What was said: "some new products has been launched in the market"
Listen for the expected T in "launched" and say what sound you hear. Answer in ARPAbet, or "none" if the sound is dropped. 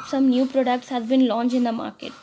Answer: none